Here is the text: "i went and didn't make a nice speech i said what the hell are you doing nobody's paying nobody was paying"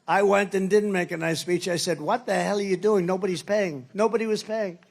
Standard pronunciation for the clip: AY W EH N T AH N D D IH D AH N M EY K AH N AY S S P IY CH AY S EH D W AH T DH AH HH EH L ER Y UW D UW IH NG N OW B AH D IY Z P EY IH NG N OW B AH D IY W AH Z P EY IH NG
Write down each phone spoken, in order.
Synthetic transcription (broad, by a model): AY W EH N T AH N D D IH D N M EY K AH N AY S S P IY CH AY S EH D W AH T DH AH HH EH L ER Y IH D UW IH NG N OW B AH D IY Z P EY IH NG N OW B AH D IY W AH Z P EY IH NG